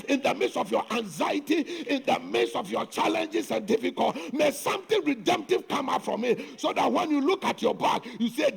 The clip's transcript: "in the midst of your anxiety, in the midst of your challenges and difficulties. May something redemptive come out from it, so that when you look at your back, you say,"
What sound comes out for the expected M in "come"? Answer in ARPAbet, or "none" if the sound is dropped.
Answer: M